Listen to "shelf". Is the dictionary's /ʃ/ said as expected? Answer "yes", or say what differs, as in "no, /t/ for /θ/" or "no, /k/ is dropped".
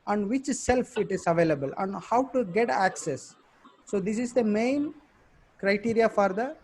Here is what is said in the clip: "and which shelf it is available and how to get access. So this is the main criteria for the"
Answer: no, /s/ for /ʃ/